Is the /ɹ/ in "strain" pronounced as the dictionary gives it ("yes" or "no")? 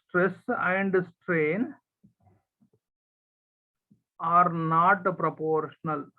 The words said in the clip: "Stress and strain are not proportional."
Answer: yes